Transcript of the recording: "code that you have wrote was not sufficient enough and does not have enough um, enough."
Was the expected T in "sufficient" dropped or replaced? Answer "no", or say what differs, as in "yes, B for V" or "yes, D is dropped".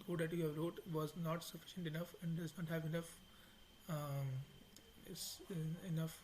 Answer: no